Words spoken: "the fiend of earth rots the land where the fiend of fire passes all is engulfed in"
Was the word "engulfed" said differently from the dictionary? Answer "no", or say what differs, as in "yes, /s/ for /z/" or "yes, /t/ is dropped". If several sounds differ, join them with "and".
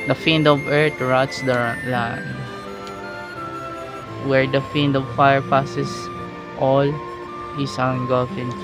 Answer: yes, /t/ is dropped